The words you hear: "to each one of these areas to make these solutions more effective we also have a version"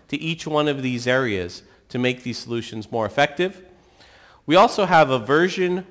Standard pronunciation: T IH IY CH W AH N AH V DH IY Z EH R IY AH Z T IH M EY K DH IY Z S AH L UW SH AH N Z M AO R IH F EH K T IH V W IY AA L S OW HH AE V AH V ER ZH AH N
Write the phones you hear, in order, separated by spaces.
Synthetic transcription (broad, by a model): T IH IY CH W AH N AH V DH IY Z EH R IY AH Z T IH M EY K DH IY Z S AH L UW SH AH N Z M AO R IH F EH K T IH V W IY AA L S OW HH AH V AH V ER ZH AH N